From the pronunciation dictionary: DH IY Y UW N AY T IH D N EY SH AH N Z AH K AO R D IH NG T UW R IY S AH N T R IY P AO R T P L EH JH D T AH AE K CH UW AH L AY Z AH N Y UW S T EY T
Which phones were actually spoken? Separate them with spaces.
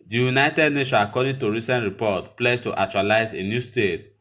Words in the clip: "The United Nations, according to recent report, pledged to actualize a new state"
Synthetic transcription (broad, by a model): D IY Y UW N AY T IH D N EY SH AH N AH K AO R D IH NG T UW R IY S AH N T R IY P AO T P L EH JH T T AH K CH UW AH L AY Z AH N Y UW S T EY T